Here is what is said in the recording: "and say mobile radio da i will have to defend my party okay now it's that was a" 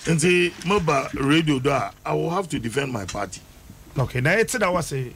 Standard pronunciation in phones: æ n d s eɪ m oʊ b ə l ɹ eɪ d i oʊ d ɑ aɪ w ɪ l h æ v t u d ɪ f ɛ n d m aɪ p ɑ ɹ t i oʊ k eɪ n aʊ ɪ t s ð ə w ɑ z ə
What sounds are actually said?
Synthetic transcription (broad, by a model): n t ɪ m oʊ b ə ɹ eɪ d i oʊ d ɑ aɪ w ɪ l h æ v t u d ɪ f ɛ n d m aɪ p ɑ t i oʊ k eɪ n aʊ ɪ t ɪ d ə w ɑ s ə